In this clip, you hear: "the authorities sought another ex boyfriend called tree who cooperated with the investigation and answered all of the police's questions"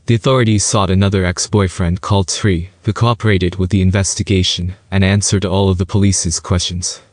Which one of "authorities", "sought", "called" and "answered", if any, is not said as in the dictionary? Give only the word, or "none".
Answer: none